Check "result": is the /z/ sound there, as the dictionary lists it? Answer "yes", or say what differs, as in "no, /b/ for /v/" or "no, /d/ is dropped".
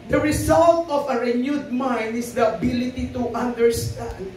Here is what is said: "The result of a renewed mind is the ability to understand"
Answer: no, /s/ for /z/